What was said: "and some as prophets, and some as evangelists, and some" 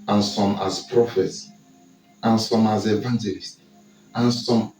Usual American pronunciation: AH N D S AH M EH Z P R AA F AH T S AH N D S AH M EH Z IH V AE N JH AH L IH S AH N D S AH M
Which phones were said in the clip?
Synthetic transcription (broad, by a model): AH N S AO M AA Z P R AA F AH T S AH N S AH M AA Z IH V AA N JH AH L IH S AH N S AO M